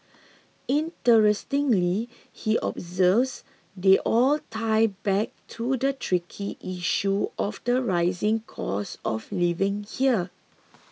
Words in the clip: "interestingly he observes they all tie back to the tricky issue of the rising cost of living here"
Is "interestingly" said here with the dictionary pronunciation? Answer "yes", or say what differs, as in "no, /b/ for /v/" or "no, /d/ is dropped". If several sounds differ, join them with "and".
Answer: yes